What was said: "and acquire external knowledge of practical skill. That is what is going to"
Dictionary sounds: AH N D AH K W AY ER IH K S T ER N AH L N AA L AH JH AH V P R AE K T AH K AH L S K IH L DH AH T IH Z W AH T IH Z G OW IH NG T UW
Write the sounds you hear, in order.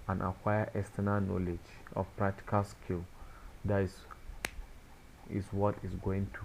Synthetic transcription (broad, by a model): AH N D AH K W AY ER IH S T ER N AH N AA L AH JH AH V P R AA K T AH K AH L S K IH L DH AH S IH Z W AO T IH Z G OW IH NG T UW